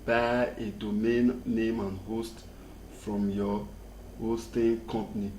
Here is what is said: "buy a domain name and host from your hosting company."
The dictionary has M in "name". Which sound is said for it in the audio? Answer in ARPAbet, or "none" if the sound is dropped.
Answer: M